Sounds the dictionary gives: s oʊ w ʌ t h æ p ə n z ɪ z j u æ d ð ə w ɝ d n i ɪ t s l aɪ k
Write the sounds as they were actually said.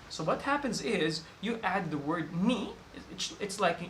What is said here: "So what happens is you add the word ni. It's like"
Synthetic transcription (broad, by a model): s oʊ w ʌ t h æ p ə n z ɪ z j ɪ æ d ð ə w ɝ d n i ɪ t s l aɪ k